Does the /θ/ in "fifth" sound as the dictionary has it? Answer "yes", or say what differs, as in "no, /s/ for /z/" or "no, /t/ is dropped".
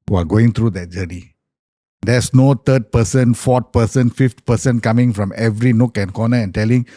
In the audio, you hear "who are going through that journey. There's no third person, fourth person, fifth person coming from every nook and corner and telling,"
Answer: no, /t/ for /θ/